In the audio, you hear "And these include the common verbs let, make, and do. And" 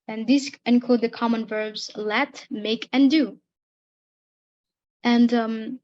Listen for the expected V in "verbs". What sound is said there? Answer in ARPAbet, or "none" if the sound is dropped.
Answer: V